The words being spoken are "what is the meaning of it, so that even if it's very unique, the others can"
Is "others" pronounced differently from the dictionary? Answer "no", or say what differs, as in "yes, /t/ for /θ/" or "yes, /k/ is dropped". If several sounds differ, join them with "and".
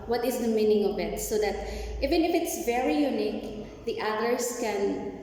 yes, /s/ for /z/